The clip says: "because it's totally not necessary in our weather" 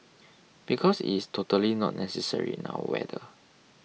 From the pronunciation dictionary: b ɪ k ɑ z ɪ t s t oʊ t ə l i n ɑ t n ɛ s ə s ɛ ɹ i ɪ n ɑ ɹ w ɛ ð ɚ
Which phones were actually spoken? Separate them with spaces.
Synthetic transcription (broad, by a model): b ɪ k ɑ s ɪ t s t oʊ t ə l i n ɑ t n ɛ s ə s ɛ ɹ i n ɑ w w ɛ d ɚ